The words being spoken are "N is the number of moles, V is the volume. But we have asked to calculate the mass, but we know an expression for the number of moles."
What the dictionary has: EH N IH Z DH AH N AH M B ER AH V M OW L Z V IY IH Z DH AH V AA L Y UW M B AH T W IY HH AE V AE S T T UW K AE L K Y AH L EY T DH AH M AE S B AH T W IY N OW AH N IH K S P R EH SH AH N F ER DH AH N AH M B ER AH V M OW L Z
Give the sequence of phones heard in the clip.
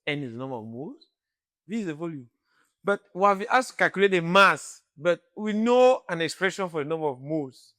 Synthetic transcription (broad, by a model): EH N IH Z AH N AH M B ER AH V M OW Z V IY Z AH V AA L Y UW M B AH T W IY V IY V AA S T T UW K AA L K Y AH L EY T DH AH M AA S B AH T W IY N OW AH N IH K S P R EH SH AH N F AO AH N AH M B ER AH V M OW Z